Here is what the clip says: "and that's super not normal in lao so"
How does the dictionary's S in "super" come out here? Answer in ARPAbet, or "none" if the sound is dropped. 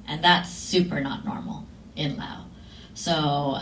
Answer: S